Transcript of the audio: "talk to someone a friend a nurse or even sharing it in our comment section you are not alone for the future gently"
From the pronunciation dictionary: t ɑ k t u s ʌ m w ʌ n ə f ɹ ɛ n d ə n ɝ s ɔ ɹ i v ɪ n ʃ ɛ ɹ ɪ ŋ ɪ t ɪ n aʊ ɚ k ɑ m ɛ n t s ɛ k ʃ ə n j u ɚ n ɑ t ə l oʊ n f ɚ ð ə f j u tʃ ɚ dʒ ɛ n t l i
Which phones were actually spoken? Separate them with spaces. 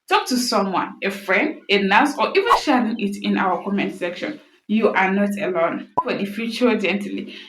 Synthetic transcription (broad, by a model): t ɑ k t u s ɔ m w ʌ n ə f ɹ ɛ n d ə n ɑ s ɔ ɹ i v ɪ n ʃ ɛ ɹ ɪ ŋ ɪ t ɪ n aʊ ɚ k ɑ m ɛ n t s ɛ k ʃ ə n j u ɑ n ɑ t ə l oʊ n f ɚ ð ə f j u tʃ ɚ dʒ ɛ n t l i